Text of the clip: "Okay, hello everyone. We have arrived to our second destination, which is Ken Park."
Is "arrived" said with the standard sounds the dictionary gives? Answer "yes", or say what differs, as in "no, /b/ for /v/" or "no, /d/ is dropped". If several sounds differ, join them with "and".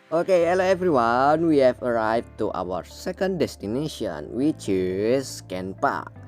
no, /v/ is dropped